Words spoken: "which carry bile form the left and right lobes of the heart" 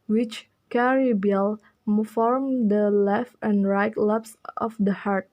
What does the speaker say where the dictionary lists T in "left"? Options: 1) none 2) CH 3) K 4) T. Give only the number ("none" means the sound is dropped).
4